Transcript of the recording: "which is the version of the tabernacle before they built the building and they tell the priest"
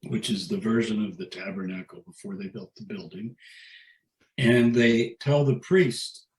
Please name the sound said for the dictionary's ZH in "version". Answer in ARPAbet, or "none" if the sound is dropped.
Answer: ZH